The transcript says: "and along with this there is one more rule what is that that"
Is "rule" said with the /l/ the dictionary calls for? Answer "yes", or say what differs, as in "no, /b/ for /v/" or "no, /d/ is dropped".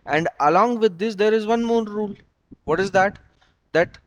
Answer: yes